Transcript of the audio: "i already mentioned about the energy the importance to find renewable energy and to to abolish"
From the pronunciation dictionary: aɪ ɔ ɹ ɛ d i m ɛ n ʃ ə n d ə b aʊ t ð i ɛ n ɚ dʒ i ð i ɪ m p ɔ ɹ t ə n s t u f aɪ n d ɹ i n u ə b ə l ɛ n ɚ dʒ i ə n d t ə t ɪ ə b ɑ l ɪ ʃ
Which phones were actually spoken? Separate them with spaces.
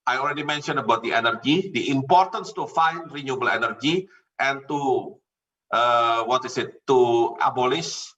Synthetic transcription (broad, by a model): aɪ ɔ l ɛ d i m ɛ n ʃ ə n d ə b aʊ t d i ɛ n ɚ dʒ i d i ɪ m p ɔ ɹ t ə n s t u f aɪ n d ɹ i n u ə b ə l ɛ n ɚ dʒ i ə n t t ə t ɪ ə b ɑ l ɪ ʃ